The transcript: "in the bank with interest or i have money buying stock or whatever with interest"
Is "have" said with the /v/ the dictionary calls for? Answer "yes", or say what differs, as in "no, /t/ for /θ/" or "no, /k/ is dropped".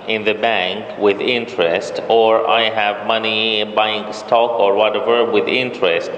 yes